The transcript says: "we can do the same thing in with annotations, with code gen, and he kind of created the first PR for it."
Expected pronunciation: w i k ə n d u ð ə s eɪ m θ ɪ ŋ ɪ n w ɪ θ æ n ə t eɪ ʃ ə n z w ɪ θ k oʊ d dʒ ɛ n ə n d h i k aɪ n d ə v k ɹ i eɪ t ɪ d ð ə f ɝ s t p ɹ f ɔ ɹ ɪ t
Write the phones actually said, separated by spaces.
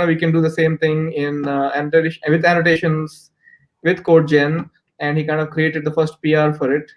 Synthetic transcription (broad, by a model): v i k ə n d u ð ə s eɪ m t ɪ ŋ ɪ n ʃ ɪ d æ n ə t eɪ ʃ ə n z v ɪ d k oʊ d dʒ ɛ n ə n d h i k aɪ n d ə v k ɹ i eɪ t ɪ d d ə f ɝ s t p ɹ f ɔ ɹ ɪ t